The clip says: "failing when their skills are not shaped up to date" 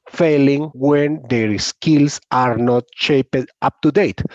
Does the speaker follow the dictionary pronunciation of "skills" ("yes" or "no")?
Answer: no